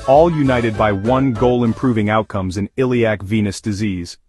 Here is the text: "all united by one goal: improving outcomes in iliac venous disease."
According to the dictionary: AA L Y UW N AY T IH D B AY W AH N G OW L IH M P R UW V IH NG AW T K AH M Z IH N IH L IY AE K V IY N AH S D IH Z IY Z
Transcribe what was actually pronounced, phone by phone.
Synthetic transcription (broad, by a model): AA L Y UW N AY T IH D B AY W AH N G OW L IH M P R UW V IH NG AW T K AH M Z IH N IH L IY AE K V IY N AH S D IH Z IY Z